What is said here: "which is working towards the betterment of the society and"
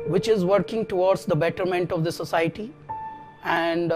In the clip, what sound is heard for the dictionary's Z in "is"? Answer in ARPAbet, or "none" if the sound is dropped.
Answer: Z